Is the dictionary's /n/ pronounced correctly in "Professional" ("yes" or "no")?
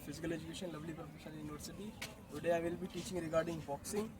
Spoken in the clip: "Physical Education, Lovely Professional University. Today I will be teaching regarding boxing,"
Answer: no